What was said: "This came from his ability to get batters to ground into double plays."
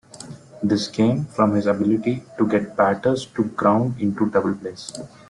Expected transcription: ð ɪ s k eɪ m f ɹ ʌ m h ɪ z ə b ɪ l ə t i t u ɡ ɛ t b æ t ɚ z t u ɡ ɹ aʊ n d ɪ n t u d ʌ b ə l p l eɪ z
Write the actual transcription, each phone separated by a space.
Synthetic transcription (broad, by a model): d ɪ s k eɪ m f ɹ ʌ m h ɪ z ə b ɪ l ə t i t u ɡ ɛ t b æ t ɚ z t u ɡ ɹ aʊ n d ɪ n t u d ʌ b ə l p l eɪ s